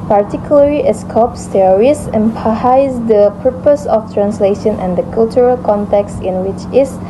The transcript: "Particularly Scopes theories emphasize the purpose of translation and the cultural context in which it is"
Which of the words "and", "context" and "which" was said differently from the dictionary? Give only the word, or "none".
none